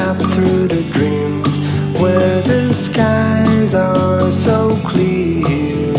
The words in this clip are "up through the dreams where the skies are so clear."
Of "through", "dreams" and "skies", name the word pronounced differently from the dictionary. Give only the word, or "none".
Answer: none